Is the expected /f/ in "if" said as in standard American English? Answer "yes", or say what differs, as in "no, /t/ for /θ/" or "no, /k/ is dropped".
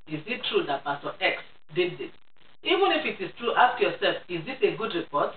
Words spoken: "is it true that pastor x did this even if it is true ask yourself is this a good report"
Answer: yes